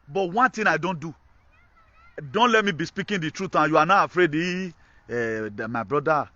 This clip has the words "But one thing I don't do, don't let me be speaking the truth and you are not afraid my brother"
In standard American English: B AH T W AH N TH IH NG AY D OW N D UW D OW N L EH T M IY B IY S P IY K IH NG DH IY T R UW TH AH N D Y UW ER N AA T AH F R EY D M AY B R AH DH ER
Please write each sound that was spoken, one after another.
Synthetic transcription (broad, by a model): B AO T W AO N T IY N AY D OW N D UW D OW N L EH T M IY B IY S P IY K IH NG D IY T R UW T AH Y UW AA N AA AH F R EY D M AY B R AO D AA